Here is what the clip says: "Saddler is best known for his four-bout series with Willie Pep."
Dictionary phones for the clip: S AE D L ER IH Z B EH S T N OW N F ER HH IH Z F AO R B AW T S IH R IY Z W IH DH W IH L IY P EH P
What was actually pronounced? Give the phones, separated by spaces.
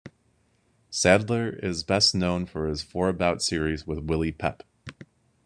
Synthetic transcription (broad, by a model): S AE D L ER IH Z B EH S T N OW N F ER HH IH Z F AO R B AW T S IH R IY Z W IH DH W IH L IY P EH P